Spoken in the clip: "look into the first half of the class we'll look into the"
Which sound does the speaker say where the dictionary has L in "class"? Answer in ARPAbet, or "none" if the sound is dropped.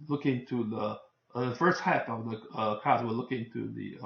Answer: none